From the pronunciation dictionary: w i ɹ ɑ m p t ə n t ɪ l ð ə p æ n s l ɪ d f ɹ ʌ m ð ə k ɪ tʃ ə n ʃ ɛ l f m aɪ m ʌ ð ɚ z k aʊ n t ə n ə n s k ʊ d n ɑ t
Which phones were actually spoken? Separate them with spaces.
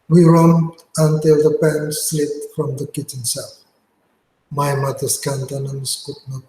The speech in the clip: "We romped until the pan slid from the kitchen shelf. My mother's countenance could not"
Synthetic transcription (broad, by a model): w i ɹ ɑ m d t ə n t ɪ l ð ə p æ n s l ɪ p f ɹ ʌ m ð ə k ɪ tʃ ə n s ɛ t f m aɪ m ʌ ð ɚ s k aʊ n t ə n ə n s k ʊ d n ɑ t